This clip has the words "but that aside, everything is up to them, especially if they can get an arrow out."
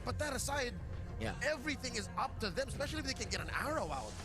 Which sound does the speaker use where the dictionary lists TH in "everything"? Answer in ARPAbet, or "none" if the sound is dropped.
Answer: TH